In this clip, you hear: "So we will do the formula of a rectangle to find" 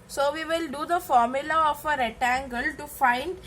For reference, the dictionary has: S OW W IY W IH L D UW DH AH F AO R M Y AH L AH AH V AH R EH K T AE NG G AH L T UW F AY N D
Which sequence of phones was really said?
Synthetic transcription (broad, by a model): S OW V IY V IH L D UW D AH F AO R M Y AH L AH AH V AH R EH T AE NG G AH L T UW F AY N D